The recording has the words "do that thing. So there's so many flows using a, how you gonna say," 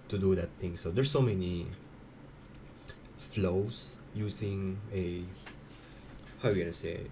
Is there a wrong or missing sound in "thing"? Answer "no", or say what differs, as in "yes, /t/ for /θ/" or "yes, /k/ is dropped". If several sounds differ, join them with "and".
yes, /t/ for /θ/